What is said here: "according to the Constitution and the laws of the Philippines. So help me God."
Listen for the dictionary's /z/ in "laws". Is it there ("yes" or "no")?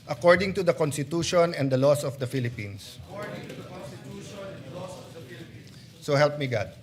no